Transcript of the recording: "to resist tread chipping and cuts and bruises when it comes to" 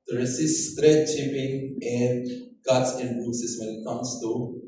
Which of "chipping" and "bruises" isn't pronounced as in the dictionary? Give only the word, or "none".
bruises